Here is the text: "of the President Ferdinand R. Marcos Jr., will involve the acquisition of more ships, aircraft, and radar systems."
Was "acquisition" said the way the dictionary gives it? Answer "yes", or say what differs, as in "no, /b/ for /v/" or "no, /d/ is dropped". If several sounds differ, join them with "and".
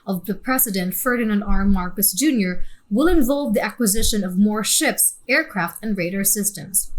yes